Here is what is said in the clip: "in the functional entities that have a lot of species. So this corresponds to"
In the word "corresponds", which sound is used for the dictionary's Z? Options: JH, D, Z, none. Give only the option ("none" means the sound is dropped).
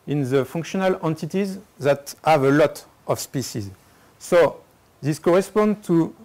none